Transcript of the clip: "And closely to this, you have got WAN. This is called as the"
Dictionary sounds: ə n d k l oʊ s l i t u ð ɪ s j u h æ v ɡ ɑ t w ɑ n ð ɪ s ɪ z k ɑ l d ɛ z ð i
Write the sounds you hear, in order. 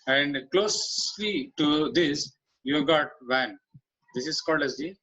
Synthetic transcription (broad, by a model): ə n d k l oʊ s l i t u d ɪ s j u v ɡ ɑ t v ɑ n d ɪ s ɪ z k ɑ l d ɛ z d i